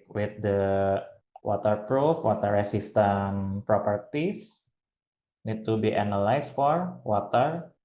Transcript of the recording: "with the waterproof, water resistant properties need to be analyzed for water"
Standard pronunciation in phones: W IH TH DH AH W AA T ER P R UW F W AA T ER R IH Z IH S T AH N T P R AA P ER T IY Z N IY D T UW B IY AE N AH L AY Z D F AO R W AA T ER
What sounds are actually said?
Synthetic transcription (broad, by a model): W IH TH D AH W AA T ER P R UW F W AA T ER R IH S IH S T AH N P R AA P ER T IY S N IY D T UW B IY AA N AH L AY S F AO R W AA T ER